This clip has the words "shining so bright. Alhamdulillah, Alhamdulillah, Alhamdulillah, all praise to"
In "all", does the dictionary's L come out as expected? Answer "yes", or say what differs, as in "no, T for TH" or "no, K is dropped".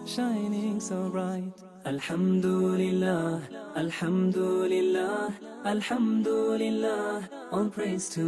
no, N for L